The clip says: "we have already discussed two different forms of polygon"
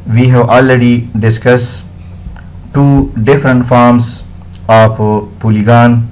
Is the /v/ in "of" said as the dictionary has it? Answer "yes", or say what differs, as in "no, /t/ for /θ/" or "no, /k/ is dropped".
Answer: no, /p/ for /v/